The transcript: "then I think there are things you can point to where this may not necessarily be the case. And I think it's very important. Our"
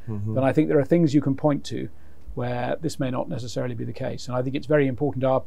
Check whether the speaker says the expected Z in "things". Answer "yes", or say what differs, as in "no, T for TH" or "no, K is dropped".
yes